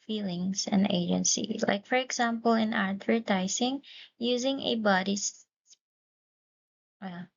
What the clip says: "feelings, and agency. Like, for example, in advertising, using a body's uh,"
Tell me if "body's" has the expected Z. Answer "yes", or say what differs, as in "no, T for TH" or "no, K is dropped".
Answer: no, S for Z